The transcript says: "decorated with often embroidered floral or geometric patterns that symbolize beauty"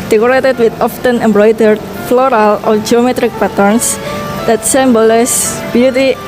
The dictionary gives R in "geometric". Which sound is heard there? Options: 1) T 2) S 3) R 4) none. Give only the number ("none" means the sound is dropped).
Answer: 3